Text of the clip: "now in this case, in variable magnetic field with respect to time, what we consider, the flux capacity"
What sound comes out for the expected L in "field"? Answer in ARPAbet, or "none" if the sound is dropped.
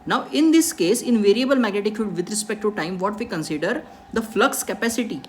none